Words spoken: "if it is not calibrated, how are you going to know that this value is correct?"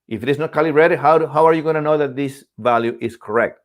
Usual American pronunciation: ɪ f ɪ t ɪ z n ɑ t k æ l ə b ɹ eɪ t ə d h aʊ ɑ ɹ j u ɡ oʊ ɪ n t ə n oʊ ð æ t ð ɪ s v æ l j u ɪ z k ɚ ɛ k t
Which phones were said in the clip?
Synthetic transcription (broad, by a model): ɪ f ɪ t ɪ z n ɑ t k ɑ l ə ɹ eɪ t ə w h aʊ ɑ ɹ j u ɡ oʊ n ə n oʊ ð æ t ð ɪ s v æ l j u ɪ s k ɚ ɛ k t